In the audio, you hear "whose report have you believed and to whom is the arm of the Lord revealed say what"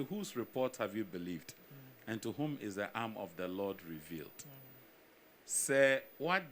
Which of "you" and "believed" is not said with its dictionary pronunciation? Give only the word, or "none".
none